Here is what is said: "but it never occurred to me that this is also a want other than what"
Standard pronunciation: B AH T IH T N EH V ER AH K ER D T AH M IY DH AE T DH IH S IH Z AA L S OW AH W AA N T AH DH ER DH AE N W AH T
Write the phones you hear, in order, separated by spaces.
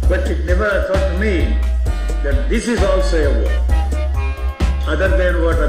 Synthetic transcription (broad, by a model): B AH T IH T N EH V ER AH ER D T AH M IY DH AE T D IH S IH Z AA L S OW AH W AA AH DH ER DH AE N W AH T